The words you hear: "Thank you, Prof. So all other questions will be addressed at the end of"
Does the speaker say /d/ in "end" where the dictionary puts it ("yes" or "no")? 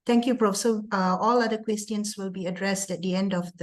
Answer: yes